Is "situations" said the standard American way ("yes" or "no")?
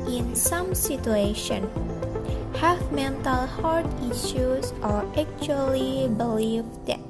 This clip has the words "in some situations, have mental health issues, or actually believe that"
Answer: no